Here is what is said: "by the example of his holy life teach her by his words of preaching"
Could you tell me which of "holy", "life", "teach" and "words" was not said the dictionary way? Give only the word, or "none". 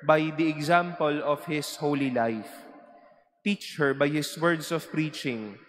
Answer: words